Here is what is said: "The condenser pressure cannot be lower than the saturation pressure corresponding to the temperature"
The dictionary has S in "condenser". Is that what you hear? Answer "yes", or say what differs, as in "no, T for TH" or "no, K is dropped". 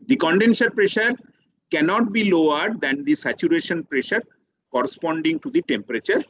no, SH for S